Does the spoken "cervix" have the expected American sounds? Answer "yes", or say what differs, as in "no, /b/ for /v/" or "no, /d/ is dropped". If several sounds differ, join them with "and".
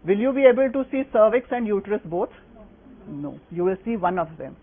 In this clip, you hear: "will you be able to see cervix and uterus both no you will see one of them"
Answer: yes